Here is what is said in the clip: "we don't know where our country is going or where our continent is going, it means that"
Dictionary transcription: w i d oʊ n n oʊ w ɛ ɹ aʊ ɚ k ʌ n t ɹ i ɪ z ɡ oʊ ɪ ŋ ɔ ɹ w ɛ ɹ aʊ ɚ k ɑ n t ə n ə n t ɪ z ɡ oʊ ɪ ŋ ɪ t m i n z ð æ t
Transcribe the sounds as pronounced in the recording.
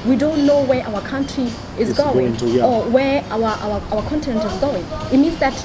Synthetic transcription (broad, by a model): w i d oʊ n n oʊ w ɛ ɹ aʊ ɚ k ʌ n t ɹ i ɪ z ɡ oʊ ɪ ŋ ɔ w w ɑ w aʊ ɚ k ɑ n t ə n ə n t ɪ z ɡ oʊ ɪ ŋ ɪ t m i n z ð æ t